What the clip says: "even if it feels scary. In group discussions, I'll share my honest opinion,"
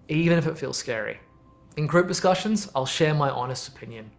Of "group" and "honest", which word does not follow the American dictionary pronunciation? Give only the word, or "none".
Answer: none